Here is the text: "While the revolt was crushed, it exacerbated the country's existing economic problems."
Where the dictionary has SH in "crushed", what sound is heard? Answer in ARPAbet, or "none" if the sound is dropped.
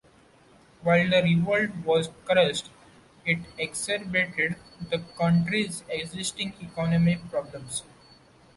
S